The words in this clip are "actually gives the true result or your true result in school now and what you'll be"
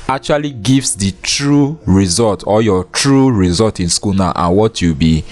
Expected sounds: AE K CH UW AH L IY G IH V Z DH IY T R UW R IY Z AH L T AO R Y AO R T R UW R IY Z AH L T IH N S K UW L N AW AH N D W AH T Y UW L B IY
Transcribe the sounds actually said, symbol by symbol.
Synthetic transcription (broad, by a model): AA K CH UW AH L IY G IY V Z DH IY T R UW R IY Z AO L T AO L Y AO T R UW R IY Z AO L T IH N S K UW L N AW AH N W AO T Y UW B IY